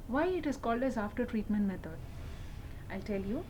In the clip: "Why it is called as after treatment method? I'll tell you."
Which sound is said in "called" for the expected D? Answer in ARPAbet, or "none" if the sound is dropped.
D